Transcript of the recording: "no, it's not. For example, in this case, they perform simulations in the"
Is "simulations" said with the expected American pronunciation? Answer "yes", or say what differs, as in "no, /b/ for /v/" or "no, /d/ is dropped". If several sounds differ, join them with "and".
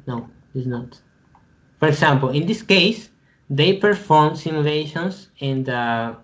no, /s/ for /z/